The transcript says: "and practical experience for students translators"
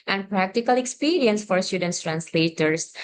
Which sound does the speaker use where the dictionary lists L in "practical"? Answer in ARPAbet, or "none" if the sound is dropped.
L